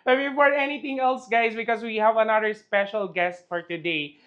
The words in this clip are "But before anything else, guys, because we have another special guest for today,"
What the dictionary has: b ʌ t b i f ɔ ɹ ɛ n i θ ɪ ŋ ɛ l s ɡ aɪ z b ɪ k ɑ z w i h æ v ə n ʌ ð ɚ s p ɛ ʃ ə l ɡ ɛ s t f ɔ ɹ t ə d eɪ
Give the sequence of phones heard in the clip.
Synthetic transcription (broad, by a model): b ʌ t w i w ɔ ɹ ɛ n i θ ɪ ŋ ɛ l s ɡ aɪ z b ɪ k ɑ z w i h æ v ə n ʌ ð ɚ s p ɛ ʃ ə l ɡ ɛ s t f ɔ ɹ t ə d eɪ